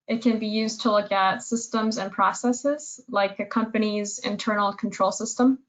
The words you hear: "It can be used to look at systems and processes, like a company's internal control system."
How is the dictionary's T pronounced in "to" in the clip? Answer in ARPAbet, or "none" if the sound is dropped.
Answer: T